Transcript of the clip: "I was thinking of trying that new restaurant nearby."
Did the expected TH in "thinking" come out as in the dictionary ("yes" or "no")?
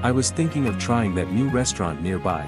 yes